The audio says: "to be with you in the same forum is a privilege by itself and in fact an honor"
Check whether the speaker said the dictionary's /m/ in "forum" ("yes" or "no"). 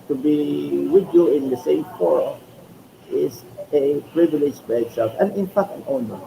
no